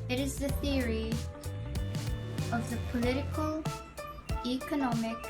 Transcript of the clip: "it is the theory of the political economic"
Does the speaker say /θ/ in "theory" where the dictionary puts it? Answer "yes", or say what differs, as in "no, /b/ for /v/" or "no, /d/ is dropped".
yes